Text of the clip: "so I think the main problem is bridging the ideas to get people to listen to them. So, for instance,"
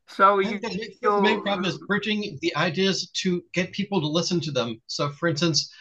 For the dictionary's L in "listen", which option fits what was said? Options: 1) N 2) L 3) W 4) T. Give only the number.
2